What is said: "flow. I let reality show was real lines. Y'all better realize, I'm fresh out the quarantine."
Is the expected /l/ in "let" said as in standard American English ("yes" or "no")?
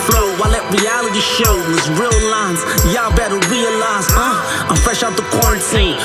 yes